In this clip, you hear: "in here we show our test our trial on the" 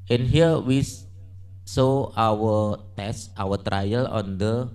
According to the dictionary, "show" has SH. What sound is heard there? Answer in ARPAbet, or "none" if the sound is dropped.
S